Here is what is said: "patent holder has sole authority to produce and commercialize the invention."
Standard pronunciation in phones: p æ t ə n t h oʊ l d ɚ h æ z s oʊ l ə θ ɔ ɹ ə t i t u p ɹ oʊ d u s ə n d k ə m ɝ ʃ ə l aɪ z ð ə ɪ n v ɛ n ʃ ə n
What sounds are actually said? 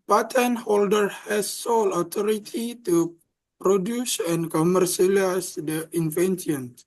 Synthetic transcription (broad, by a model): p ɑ t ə n h oʊ l d ɚ h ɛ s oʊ l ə t ɔ ɹ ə t i t u p ɹ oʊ d u s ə n k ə m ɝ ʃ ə l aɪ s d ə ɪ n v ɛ n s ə n